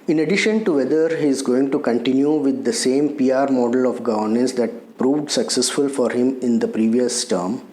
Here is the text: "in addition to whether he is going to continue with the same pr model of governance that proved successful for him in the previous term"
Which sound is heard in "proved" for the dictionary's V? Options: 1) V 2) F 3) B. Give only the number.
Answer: 1